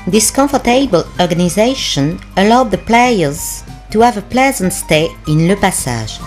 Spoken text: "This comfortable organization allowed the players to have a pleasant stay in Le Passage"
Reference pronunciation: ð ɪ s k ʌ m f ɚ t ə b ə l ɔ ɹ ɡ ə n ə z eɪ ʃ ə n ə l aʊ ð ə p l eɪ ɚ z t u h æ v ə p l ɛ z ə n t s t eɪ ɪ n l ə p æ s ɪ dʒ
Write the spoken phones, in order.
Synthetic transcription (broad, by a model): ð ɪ s k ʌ f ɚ t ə b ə l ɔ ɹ ɡ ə n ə z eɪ ʃ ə n ə l aʊ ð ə p l eɪ ɚ z t u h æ v ə p l ɛ z ə n t s t eɪ ɪ n l ə p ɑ s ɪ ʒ